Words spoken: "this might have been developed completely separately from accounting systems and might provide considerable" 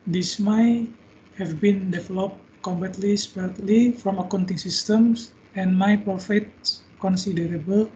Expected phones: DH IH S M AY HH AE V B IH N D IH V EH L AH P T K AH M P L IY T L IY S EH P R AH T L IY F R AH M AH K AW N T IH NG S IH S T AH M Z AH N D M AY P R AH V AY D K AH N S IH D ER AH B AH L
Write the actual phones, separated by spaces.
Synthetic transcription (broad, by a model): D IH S M AY HH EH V B IH N D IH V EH L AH P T K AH M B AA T L IY S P AH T L IY F R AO M AH K AW N T IH NG S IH S T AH M S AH N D M AY P R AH F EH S K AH N S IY D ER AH B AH L